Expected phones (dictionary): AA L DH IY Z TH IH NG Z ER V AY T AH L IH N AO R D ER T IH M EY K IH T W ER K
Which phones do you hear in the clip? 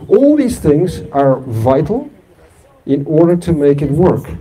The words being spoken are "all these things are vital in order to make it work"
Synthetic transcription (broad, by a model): AA L DH IY Z TH IH NG Z ER V AY T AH L IH N AO R D ER T IH M EY K IH T W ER K